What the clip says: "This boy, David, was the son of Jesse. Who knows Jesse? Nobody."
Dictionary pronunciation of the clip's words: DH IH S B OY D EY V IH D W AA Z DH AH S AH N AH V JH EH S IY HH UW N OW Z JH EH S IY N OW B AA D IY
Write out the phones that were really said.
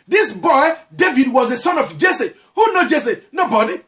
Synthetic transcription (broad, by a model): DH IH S B OY D EY V IH D W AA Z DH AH S AH N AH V JH EH S IY HH UW N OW JH EH S IY N OW B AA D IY